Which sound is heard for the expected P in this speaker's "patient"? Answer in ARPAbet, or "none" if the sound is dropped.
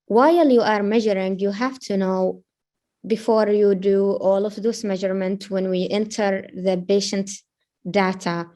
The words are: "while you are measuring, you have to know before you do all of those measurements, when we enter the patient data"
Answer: B